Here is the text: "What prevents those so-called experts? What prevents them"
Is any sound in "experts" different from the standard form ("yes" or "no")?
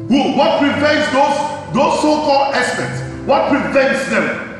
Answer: yes